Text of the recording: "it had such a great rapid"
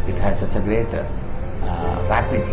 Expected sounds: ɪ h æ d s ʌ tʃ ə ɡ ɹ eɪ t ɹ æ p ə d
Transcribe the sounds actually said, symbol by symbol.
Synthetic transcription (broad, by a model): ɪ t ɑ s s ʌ s ə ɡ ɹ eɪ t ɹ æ p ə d